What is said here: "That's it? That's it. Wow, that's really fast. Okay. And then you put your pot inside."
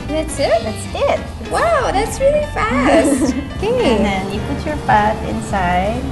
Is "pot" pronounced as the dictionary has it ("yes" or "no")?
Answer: no